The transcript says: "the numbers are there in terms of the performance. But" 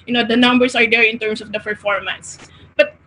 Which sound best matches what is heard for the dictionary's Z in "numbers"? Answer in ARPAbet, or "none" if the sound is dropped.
S